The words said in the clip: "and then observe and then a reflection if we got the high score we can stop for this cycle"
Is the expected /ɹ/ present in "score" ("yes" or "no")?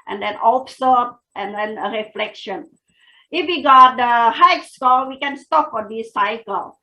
no